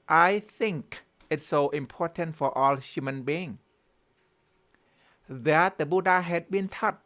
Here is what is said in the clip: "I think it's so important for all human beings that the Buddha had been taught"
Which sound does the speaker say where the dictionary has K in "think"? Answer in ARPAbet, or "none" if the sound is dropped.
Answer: K